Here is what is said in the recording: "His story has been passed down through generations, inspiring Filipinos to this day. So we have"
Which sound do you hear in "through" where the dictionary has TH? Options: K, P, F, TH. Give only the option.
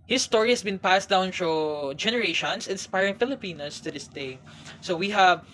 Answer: F